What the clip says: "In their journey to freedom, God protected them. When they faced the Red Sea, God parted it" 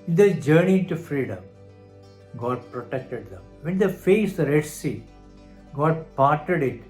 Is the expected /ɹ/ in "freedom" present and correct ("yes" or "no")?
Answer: yes